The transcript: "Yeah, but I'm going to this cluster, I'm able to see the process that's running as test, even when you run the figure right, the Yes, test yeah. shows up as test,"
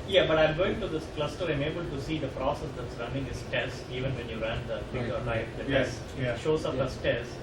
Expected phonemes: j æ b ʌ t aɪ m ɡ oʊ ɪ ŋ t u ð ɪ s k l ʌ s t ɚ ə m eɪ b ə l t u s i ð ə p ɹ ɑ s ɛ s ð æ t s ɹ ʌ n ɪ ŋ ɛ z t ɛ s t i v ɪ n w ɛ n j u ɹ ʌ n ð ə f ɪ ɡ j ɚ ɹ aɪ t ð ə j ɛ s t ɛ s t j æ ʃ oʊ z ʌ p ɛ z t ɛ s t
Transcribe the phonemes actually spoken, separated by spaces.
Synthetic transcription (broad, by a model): j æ b ʌ t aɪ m ɡ oʊ ɪ ŋ t u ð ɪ s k l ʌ s t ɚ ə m eɪ b ə l t u s i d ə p ɹ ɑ s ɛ s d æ t s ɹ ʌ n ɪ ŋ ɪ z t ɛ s i v ɪ n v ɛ n j u ɹ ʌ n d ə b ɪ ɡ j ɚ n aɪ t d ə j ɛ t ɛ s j ʃ oʊ s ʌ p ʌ s t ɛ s